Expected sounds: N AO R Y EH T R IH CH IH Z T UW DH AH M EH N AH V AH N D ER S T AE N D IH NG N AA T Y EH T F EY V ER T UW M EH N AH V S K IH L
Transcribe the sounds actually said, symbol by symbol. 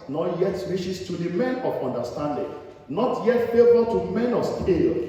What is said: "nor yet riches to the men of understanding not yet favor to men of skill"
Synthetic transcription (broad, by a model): N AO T Y EH T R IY SH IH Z T UW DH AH M EH N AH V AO N D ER S T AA N D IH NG N AA T Y EH T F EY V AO T UW M EH N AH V S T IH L